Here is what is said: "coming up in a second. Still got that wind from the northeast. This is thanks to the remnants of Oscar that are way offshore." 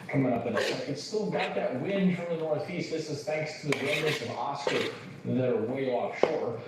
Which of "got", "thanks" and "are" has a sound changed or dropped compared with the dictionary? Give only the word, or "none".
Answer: none